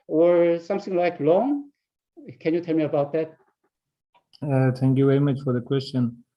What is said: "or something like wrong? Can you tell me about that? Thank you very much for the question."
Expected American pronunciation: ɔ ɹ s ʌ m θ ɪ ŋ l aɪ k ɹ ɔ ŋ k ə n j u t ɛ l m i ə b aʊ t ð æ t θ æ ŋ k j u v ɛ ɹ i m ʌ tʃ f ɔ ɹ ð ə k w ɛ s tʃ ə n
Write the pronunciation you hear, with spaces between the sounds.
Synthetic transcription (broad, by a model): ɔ ɹ s ʌ m θ ɪ ŋ l aɪ k l ɔ ŋ k ə n j u t ɛ l m i ə b aʊ t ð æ t θ æ ŋ k j u v ɛ ɹ i m ʌ tʃ f ɔ ɹ ð ə k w ɛ s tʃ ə n